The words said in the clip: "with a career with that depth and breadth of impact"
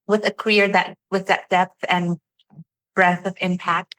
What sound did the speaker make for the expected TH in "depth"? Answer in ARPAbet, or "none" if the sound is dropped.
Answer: TH